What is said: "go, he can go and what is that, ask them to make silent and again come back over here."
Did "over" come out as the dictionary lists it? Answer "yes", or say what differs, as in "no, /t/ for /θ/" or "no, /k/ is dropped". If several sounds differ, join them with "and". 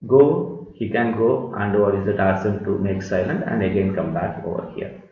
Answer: yes